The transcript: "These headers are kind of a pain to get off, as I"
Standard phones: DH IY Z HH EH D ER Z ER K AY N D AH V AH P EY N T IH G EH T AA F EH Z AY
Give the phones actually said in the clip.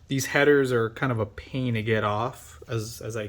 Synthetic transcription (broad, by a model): DH IY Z HH EH D ER Z ER K AY N D AH V AH P EY N T IH G EH T AA F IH Z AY